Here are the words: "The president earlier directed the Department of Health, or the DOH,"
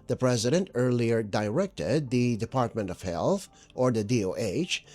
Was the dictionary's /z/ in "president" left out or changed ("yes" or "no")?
no